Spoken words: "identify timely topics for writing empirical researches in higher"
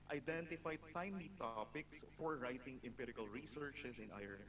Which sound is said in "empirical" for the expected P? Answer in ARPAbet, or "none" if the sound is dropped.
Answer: P